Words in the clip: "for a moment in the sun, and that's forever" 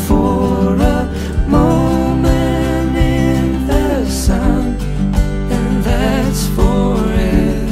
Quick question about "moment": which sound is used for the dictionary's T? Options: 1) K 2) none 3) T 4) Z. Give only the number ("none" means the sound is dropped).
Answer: 2